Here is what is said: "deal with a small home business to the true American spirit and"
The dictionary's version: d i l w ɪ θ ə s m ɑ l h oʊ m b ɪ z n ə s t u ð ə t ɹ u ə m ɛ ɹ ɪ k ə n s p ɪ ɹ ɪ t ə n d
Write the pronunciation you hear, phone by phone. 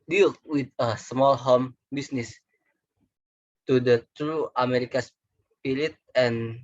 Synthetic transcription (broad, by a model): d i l w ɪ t ə s m ɑ l h oʊ m b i s n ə s t u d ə t ɹ u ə m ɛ ɹ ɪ k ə s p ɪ l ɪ t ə n